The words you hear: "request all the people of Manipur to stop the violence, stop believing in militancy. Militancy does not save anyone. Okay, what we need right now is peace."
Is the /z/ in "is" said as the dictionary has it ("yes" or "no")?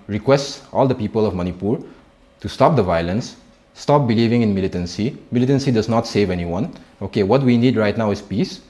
no